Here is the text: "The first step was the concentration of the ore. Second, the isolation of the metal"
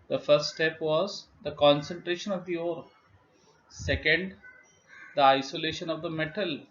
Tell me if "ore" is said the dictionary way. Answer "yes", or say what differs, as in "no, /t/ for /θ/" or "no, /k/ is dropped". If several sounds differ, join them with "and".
yes